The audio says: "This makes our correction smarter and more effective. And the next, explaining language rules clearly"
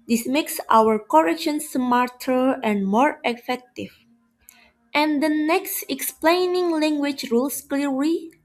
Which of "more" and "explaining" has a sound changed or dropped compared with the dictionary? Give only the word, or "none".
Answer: none